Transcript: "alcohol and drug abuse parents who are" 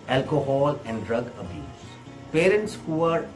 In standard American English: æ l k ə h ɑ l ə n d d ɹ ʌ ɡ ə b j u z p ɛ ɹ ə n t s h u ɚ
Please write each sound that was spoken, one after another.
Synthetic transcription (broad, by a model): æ l k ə h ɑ l ə n d d ɹ ʌ ɡ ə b j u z p ɛ ɹ ə n t s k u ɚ